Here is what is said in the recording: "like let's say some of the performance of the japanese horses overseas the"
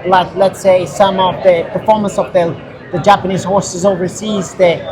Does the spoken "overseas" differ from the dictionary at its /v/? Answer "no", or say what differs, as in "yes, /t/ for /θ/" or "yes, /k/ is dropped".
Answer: no